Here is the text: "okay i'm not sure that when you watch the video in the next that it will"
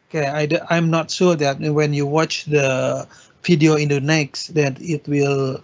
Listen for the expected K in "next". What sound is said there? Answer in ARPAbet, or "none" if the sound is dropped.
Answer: K